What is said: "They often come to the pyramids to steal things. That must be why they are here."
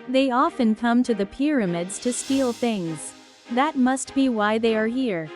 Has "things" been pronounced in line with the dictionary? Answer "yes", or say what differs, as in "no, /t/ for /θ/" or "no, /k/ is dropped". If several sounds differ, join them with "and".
yes